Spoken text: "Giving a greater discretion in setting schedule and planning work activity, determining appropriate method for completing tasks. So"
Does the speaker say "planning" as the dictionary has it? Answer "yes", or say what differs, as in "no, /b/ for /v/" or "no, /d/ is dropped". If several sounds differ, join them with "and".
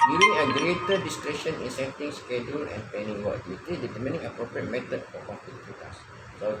no, /l/ is dropped